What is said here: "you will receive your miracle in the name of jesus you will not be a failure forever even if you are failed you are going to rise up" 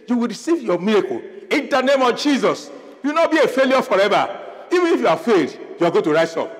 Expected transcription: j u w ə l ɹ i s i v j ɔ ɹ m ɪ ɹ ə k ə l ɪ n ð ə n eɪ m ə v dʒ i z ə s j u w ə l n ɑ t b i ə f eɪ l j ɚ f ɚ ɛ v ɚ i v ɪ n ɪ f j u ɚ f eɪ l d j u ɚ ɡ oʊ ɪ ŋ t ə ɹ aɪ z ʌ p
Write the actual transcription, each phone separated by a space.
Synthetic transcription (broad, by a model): j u w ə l ɹ i s i v j ɔ m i ɹ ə k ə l ɪ n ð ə n eɪ m ə v dʒ i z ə s j u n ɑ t b i ə f eɪ l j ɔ f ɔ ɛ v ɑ i v ɪ n ɪ f j u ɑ f eɪ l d j u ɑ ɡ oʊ t ə ɹ aɪ s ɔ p